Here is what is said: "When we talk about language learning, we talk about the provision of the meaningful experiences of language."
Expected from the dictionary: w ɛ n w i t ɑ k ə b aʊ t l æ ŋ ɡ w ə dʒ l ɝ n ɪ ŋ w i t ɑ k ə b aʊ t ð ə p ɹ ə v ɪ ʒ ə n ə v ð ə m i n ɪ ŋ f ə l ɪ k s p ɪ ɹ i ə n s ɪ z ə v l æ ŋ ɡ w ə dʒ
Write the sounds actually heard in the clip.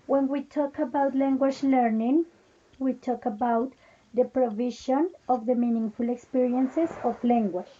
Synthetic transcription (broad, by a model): w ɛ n w i t ɑ k ə b aʊ t l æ ŋ ɡ w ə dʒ l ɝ n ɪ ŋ w i t ɑ k ə b aʊ t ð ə p ɹ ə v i ʃ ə n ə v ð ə m i n ɪ ŋ f ə l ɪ k s p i ɹ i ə n s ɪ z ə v l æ ŋ ɡ w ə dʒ